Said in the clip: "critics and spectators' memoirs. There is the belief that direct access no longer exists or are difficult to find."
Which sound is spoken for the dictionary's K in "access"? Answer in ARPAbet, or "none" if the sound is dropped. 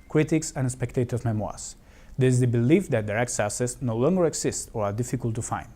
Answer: none